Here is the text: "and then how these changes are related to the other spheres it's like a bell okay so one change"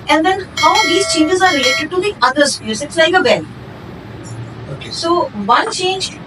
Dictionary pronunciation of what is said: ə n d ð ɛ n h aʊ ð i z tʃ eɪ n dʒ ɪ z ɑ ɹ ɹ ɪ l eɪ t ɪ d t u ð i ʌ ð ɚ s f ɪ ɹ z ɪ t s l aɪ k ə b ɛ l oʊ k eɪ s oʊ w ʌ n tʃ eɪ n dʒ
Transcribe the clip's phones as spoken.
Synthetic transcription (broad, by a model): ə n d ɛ n h aʊ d i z tʃ eɪ n dʒ ɪ z ɑ ɹ ɹ ɪ l eɪ t ɪ d t u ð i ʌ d ɚ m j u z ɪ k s l aɪ k ə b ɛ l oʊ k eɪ s oʊ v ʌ n tʃ eɪ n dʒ